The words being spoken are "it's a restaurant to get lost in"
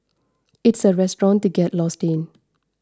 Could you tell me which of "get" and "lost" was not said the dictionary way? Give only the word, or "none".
none